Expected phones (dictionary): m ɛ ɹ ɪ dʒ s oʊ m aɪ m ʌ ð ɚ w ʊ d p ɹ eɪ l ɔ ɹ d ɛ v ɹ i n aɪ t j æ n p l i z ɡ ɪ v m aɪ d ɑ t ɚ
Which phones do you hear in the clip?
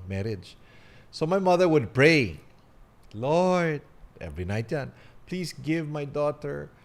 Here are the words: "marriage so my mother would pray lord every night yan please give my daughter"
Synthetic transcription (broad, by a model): m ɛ ɹ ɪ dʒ s oʊ m aɪ m ʌ ð ɚ w ʊ d p ɹ eɪ l ɔ ɹ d ɛ v ɹ i n aɪ t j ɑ n p l i s ɡ ɪ v m aɪ d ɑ t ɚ